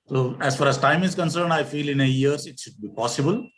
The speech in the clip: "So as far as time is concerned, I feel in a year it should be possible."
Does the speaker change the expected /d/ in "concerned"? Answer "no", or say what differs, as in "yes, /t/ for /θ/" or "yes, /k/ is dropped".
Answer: no